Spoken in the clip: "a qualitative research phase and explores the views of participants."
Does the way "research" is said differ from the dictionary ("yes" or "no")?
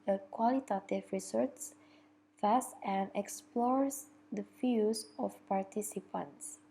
yes